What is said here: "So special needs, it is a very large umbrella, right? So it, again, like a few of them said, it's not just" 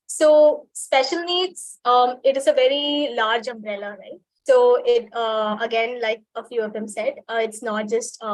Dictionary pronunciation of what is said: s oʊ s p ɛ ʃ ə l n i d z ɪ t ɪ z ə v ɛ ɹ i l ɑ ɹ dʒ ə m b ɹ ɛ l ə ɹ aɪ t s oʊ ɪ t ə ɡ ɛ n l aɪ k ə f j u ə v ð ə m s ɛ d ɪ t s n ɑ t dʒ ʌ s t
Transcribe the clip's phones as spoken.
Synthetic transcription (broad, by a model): s oʊ s p ɛ ʃ ə l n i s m ɪ t ɪ z ə v ɛ ɹ i l ɑ ɹ dʒ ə m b ɹ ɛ l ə ɹ aɪ t s oʊ ɪ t ə ɡ ɛ n l aɪ k ə f j u ə v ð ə m s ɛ d ɪ t s n ɑ t dʒ ʌ s t